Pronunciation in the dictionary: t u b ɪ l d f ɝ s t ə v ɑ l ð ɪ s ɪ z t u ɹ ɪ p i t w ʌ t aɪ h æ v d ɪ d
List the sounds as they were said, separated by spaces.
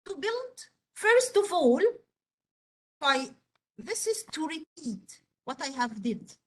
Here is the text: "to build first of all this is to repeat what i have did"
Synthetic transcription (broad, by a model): t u b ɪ l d f ɝ s t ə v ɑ l ð ɪ s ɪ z t u ɹ ɪ p i t w ʌ t aɪ h æ v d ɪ d